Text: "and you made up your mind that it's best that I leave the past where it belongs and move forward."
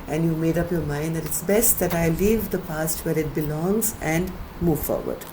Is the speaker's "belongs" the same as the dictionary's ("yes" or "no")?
yes